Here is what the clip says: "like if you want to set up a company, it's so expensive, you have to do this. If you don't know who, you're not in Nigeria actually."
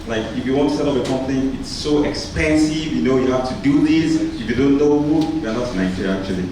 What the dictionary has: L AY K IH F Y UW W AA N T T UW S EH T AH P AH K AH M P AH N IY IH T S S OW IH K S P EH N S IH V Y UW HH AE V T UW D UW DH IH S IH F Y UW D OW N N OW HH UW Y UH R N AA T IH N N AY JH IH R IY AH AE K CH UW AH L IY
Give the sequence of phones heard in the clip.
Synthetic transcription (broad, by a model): L AY K IH F Y UW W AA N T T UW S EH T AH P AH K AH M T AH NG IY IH T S S OW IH K S P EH N S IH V Y UW HH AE F T UW D UW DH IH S IH F Y UW D OW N N OW HH UW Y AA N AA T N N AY IH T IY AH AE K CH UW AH L IY